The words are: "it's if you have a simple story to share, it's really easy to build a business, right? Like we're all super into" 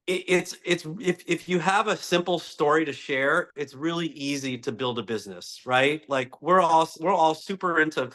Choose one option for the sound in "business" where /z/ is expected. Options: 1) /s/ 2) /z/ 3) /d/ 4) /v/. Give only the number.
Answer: 2